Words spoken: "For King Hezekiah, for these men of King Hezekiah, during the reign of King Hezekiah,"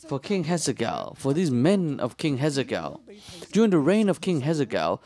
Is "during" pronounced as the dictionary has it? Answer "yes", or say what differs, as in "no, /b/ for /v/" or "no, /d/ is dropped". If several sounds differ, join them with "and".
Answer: yes